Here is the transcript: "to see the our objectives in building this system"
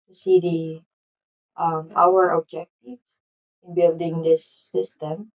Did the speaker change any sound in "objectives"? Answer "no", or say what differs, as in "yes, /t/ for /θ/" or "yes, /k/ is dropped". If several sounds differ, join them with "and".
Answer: yes, /b/ is dropped and /z/ is dropped